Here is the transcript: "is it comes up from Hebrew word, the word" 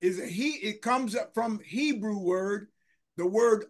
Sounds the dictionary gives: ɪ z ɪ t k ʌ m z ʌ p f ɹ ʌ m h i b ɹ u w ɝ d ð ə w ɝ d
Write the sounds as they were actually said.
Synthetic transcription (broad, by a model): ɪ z ɪ t k ʌ m z ʌ p f ɹ ʌ m h i b ɹ u w ɝ d ð ə w ɝ d